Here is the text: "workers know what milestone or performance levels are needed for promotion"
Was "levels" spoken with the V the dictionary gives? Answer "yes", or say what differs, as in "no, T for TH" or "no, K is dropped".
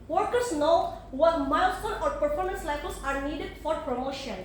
no, F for V